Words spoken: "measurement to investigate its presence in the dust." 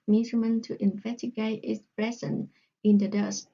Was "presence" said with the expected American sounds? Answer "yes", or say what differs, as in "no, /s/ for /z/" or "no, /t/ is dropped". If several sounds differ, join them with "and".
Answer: no, /s/ is dropped